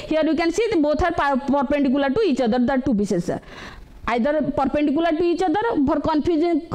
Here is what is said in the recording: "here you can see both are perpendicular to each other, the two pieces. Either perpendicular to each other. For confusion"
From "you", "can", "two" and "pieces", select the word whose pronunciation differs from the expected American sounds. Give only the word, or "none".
pieces